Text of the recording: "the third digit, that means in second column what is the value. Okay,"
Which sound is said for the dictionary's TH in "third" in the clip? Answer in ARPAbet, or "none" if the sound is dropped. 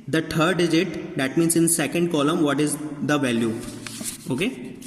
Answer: T